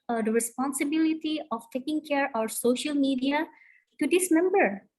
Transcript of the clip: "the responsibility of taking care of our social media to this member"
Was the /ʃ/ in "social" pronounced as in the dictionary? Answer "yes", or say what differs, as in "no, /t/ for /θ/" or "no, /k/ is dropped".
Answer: yes